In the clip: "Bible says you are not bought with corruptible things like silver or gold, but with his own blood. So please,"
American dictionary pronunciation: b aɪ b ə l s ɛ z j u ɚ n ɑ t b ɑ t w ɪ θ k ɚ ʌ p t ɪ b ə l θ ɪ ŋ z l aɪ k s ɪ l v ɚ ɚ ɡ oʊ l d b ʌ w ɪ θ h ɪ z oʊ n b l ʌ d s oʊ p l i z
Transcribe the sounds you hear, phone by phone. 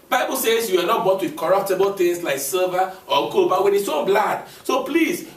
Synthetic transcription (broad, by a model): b aɪ b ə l s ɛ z j u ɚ n ɑ t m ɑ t w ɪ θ k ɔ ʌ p t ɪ b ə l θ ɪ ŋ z l aɪ k s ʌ v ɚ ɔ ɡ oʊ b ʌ w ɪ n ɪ s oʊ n b l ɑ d s oʊ p l i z